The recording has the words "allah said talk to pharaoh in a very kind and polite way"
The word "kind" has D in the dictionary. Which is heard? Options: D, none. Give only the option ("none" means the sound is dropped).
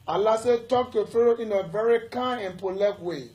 none